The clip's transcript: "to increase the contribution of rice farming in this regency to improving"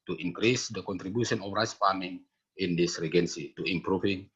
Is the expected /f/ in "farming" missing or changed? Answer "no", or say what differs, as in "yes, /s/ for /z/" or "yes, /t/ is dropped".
yes, /p/ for /f/